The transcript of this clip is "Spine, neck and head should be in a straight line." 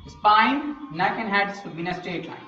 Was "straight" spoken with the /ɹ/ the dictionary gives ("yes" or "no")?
no